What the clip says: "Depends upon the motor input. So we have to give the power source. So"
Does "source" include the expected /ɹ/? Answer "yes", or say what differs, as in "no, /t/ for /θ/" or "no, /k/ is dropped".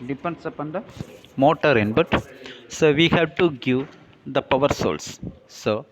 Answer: no, /l/ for /ɹ/